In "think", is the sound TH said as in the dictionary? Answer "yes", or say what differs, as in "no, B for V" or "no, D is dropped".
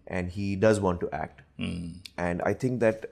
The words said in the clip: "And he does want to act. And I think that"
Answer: no, T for TH